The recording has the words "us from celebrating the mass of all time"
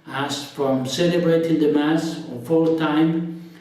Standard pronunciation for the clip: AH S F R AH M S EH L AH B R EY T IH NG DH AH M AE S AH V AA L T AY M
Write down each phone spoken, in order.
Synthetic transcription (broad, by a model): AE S F R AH M S EH L AH B R EY T IH NG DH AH M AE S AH F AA L T AY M